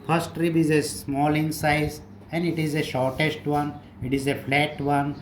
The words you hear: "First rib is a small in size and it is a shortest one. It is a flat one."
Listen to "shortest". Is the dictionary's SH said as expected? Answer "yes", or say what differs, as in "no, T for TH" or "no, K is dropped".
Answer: yes